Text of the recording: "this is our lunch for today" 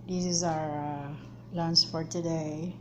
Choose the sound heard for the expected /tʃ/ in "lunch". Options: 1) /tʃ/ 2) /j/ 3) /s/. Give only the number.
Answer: 3